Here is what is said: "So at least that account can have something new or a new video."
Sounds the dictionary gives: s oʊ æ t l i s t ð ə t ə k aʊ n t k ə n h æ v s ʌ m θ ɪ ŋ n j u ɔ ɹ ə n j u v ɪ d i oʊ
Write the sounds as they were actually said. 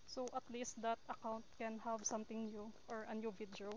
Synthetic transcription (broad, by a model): s oʊ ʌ t l i s t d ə t ə k aʊ n t k ə n h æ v s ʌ m t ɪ ŋ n j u ɔ ɹ ə n j u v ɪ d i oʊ